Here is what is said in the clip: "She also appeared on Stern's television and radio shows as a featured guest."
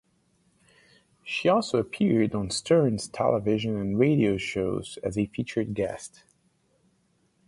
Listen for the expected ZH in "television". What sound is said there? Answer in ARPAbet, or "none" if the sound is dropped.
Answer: ZH